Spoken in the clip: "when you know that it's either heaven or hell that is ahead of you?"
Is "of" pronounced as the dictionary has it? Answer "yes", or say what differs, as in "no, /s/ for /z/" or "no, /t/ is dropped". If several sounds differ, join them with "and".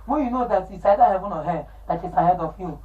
no, /f/ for /v/